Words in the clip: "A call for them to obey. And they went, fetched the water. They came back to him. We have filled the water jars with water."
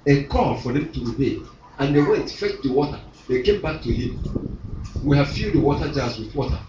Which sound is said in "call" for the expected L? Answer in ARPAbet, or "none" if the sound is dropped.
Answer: N